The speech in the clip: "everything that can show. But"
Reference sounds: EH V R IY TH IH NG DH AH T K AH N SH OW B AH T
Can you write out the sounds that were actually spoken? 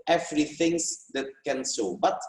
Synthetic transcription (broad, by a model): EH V R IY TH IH NG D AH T K AH N S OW B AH T